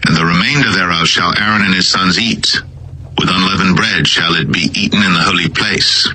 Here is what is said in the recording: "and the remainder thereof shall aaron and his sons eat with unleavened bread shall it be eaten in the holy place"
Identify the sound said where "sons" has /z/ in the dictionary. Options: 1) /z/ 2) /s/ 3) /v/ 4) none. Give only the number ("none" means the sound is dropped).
1